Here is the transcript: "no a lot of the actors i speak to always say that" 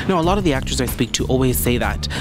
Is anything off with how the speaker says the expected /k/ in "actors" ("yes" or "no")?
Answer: no